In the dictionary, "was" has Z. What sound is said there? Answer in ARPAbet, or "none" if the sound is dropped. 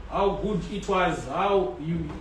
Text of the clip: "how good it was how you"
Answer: Z